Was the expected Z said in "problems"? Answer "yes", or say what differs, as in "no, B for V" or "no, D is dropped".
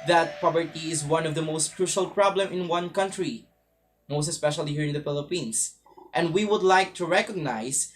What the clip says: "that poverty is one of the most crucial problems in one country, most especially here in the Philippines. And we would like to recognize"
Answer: no, Z is dropped